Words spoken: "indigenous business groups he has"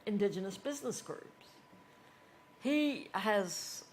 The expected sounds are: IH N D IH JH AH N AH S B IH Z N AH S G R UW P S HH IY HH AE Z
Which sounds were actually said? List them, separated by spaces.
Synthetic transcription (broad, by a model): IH N D IH JH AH N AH S B IH Z N AH S G R UW P S HH IY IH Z